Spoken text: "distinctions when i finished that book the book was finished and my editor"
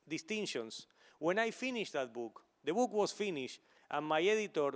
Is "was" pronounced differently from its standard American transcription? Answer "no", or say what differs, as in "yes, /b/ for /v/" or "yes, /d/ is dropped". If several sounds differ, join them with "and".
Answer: yes, /s/ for /z/